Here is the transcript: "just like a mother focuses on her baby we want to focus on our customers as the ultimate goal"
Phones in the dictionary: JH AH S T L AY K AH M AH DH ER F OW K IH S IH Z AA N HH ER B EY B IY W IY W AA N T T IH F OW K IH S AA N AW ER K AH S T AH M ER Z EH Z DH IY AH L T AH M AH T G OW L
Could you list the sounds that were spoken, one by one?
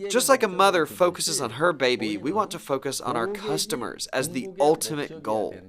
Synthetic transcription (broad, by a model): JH AH S T L AY K AH M AH DH ER F OW K IH S IH Z N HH ER B EY B IY W IY W AA N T T IH F OW K IH S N AW ER K AH S T AH M ER Z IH Z DH IY AH L T AH M AH T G OW L